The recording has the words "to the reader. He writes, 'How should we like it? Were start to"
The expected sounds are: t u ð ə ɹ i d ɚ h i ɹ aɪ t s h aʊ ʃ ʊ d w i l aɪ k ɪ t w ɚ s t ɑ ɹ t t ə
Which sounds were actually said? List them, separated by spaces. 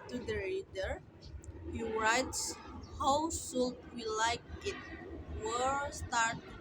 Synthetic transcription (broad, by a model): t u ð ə ɹ i d ɚ h i ɹ aɪ t s h aʊ s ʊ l w i l aɪ k ɪ t w ɚ s t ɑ ɹ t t